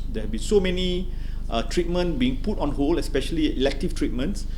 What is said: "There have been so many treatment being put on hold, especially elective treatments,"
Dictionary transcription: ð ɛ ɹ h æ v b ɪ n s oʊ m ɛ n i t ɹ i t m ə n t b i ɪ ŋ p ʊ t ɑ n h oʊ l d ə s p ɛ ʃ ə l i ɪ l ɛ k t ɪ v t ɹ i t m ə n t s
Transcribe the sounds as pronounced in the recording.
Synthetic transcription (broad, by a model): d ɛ h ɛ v b ɪ n s oʊ m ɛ n i t ɹ i t m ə n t b i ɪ ŋ p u t ɑ n h oʊ l ə s p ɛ ʃ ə l i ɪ l ɛ k t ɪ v t ɹ i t m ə n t s